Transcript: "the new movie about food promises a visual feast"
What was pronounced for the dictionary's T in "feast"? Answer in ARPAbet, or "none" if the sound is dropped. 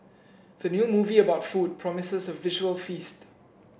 T